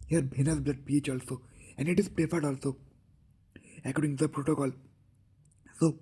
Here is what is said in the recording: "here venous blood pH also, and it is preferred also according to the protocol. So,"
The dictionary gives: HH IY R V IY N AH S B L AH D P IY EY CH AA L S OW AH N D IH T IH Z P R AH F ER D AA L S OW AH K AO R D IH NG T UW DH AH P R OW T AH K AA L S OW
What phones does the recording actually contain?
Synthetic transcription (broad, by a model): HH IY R B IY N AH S B L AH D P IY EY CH AA L S OW AH N D IH T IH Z P R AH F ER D AA L S OW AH K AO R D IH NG T UW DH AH P R OW T AH K AA L S OW